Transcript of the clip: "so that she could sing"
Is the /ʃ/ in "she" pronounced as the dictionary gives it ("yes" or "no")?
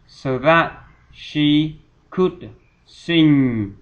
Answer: yes